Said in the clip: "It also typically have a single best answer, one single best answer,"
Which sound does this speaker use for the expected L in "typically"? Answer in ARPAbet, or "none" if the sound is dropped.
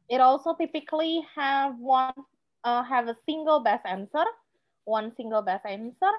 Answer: N